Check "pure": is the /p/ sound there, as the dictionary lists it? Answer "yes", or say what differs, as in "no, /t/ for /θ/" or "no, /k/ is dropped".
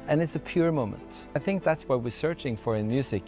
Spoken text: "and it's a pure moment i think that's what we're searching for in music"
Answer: yes